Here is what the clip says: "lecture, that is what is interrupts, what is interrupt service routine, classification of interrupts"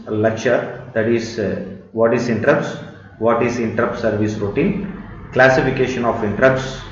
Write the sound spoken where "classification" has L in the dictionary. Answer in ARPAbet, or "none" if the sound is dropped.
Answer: L